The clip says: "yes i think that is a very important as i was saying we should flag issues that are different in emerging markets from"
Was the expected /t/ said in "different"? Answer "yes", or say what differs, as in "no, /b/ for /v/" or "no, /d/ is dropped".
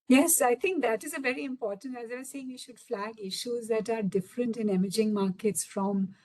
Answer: yes